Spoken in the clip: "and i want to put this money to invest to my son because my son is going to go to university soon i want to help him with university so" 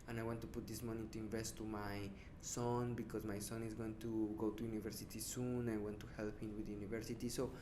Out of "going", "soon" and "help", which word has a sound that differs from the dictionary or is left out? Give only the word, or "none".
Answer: none